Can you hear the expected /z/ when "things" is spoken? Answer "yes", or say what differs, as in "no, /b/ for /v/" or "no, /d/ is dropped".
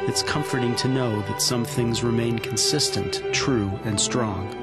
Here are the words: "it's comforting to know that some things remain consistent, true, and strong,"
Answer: yes